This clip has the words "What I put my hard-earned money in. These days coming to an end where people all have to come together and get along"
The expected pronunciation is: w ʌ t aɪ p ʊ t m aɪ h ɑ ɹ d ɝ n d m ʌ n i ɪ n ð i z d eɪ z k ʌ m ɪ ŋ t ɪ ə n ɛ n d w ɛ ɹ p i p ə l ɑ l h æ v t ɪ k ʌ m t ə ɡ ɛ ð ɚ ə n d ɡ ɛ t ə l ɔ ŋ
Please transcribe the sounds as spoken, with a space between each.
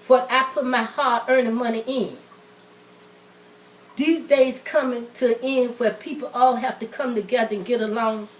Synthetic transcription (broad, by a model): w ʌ t aɪ p ʊ t m aɪ h ɑ ɹ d ɝ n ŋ m ʌ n i ɪ n ð i z d eɪ z k ʌ m ɪ ŋ t ɪ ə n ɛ n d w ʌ ɹ p i p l ɑ l h æ f t ɪ k ʌ m t ə ɡ ɛ ð ɚ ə n ɡ ɛ t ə l ɔ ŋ